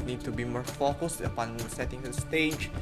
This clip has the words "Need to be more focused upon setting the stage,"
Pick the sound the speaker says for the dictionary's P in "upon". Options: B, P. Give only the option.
P